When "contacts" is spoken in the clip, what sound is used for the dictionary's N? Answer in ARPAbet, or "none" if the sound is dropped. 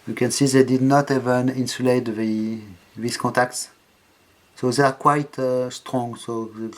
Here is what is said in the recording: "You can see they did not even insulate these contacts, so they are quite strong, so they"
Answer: none